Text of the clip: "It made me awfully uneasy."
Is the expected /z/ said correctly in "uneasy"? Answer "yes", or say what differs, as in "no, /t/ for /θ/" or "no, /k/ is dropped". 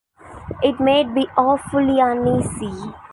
no, /s/ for /z/